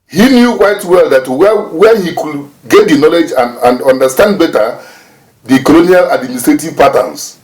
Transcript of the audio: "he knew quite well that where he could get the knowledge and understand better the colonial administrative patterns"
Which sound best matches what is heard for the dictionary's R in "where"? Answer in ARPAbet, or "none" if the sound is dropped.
W